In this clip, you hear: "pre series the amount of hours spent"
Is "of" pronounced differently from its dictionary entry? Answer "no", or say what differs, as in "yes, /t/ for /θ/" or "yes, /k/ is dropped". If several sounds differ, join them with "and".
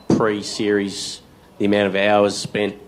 no